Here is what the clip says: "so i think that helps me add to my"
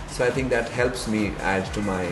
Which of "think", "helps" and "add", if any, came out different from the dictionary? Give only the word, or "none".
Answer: think